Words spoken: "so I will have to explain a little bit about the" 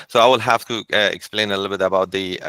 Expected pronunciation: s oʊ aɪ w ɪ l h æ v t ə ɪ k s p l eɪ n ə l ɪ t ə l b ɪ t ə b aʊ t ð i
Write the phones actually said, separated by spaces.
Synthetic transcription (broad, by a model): s oʊ aɪ w ɪ l h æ f t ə ɪ k s p l eɪ n ə l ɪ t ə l b ɪ t ə b aʊ t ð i